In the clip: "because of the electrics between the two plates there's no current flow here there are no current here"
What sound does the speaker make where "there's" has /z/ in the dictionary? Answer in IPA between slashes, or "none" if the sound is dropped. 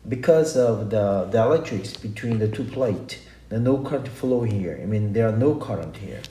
none